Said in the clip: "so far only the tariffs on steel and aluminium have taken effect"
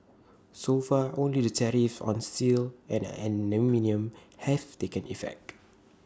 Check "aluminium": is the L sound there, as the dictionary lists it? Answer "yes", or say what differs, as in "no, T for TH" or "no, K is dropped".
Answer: no, N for L